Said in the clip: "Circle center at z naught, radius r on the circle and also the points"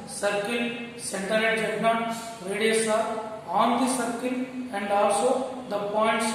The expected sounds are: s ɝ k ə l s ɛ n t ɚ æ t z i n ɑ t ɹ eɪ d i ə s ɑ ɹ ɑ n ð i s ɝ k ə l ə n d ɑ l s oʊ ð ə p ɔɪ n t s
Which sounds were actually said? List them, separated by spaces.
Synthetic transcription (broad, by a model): s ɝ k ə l s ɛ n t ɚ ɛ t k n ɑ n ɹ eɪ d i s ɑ ɑ n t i s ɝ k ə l ə n d ɑ l s oʊ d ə p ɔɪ n t s